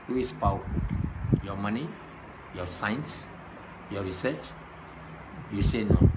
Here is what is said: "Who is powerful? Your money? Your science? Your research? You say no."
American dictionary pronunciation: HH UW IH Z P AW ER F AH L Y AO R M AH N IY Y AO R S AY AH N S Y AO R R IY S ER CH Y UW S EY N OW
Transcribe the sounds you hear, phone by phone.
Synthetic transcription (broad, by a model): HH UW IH S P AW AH W Y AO M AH N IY Y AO S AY N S Y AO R R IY S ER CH Y UW S EY N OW